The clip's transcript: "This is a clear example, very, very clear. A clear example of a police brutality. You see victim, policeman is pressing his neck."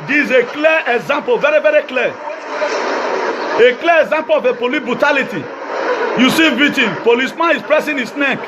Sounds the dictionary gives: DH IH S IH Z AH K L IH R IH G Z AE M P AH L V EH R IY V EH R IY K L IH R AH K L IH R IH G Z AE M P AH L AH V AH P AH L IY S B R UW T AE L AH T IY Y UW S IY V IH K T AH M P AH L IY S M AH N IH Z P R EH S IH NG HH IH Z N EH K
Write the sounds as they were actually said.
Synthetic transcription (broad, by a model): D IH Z AH K L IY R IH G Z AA M P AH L V EH R IY V EH R IY K L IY AH K L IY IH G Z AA M P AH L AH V AH P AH L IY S B R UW T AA L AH T IY Y UW S IY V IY T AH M P AH L IY S M AH N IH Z P R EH S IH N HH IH S N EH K